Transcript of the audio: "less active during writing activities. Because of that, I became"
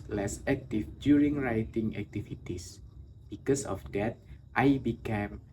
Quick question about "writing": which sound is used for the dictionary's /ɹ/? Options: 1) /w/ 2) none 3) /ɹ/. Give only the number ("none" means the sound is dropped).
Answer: 3